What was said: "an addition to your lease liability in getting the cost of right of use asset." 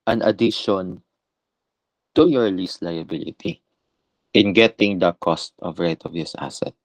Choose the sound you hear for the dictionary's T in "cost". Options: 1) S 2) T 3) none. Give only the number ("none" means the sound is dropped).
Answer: 2